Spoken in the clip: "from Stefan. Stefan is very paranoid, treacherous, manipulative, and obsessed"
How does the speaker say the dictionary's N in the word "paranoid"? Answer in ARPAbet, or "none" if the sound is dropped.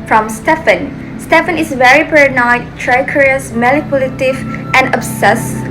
none